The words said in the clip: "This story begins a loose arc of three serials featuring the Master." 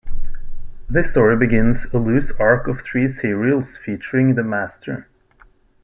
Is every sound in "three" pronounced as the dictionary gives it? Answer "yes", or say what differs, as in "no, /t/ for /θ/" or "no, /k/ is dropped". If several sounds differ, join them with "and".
yes